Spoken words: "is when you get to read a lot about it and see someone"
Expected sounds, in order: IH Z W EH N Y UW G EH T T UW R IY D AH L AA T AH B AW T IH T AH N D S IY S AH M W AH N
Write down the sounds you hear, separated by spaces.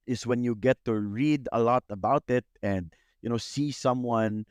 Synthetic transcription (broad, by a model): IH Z W EH N Y UW G EH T T UW R IY D AH L AA T AH B AW T IH T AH N D S IY S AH M W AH N